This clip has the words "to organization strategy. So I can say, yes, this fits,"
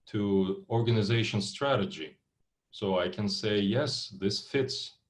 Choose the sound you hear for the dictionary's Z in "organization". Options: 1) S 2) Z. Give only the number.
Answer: 2